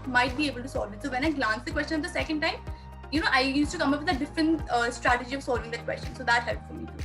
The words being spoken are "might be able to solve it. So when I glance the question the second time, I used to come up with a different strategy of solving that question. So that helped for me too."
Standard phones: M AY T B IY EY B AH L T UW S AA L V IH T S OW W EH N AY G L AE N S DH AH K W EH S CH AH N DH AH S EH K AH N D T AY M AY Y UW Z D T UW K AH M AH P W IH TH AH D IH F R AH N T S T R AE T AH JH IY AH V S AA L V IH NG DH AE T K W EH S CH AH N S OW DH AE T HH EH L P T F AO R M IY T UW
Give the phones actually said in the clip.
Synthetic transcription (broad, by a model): M AY T B IY EY B AH L T UW S AA L V IH T S OW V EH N AY G L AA N S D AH K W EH S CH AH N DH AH S EH K AH N D T AY M AY Y UW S T UW K AH M AH P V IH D AH D IH F R AH N T S T R AE T AH JH IY AH V S AA L V IH NG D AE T K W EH S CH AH N S OW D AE T HH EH L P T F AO L M IY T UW